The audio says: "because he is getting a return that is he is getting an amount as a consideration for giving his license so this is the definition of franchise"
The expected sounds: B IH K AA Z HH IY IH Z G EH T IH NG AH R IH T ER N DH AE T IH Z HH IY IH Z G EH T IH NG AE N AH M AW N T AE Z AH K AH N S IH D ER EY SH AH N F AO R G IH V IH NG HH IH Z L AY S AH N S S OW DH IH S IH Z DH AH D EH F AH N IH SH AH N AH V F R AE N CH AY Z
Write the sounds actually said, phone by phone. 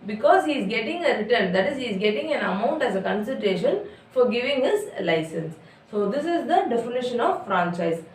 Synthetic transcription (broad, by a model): B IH K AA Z HH IY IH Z G EH T IH NG AH R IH T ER N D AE T IH Z HH IY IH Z G EH T IH NG AE N AH M AW N T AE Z AH K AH N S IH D EY SH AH N F AO R G IH V IH NG HH IH Z L AY S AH N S S OW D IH S IH Z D AH D EH F AH N IH SH AH N AH V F R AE N CH AY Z